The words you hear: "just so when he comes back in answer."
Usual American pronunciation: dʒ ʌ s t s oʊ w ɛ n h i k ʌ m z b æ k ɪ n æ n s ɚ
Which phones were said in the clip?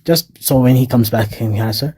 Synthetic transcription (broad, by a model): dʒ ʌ s t s oʊ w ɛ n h i k ʌ m z b æ k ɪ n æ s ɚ